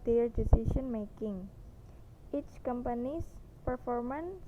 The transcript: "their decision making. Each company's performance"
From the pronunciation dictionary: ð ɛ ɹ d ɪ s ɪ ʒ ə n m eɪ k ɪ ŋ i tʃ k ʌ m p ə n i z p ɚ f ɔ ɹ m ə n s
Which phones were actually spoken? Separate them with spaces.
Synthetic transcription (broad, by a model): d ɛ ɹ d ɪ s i ʃ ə n m eɪ k ɪ ŋ i tʃ k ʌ m p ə n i s p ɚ f ɔ ɹ m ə n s